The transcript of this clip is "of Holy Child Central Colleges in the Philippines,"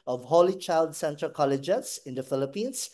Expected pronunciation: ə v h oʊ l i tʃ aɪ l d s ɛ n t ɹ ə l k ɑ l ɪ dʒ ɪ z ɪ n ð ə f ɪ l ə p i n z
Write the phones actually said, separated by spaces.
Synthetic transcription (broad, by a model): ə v h oʊ l i tʃ aɪ l d s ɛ n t ə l k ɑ l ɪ dʒ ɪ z ɪ n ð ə f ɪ l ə p i n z